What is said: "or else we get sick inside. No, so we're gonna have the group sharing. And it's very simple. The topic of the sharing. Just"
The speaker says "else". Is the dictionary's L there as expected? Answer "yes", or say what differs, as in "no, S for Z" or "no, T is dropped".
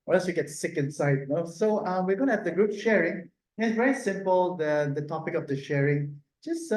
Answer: no, L is dropped